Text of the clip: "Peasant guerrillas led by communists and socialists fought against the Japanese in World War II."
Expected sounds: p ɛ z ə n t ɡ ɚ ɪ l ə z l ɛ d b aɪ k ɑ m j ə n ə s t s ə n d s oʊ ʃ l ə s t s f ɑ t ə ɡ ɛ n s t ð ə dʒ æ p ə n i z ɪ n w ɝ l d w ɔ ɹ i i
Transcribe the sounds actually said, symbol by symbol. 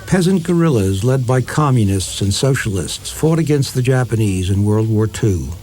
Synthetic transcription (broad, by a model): p ɛ z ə n ɡ ɚ ɪ l ə z l ɛ d b aɪ k ɑ m j ə n ə s t s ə n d s oʊ ʃ l ə s t s f ɑ t ə ɡ ɛ n s t ð ə dʒ æ p ə n i z ɪ n w ɝ l d w ɔ ɹ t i